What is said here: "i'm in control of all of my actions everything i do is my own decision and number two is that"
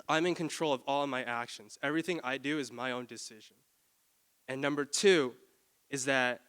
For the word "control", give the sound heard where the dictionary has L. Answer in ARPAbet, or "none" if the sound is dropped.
L